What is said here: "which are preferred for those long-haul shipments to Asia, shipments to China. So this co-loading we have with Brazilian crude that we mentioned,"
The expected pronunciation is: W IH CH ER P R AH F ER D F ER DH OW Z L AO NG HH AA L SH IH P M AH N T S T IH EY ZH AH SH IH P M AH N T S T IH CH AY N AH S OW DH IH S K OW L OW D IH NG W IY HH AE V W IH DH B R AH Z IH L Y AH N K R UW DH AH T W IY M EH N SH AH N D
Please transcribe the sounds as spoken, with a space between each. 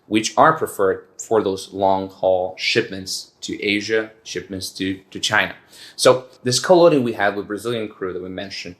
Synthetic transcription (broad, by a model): W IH CH ER P R AH F ER D F ER DH OW Z L AO NG HH AA L SH IH P M AH N T S T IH EY ZH AH SH IH P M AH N T S T IH CH AY N AH S OW DH IH S K OW L OW D IH NG W IY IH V W IH DH B R AH Z IH L Y AH N K R UW DH AH T W IY M EH N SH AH N